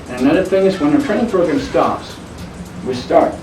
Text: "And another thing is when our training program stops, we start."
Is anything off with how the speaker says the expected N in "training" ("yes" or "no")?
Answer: yes